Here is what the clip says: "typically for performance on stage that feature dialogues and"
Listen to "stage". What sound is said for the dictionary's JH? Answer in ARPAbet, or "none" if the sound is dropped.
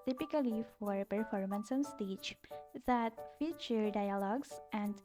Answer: CH